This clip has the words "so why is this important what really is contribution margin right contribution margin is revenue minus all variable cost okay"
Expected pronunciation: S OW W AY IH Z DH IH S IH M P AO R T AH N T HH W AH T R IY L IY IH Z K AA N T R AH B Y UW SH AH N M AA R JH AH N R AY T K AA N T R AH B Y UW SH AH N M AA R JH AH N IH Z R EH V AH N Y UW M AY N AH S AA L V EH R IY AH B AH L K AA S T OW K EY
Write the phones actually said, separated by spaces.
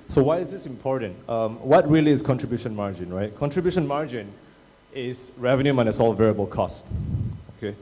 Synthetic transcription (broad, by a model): S OW W AY IH Z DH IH S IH M P AO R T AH N T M W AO T R IY L IY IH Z K AA N T R AH B Y UW SH AH N M AA R JH AH N R AY T K AA N T R AH B Y UW SH AH N M AA R JH AH N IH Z R EH V AH N Y UW M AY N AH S AA L V EH R IY AH B AH L K AA S T OW K EY